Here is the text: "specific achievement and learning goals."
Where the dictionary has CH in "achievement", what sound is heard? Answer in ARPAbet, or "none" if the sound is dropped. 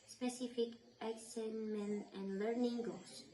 S